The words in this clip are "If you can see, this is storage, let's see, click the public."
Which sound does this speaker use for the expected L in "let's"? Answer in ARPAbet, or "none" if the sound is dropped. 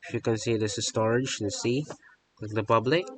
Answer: N